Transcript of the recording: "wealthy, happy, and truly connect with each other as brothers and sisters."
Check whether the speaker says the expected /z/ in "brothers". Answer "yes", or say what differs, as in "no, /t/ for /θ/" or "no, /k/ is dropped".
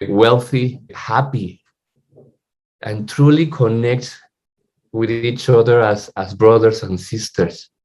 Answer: no, /s/ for /z/